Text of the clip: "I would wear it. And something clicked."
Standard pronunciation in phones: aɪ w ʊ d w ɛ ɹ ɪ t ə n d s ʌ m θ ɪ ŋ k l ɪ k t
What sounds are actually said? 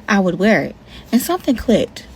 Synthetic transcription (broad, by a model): aɪ w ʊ d w ɛ ɹ ɪ t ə n s ʌ m θ ɪ ŋ k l ɪ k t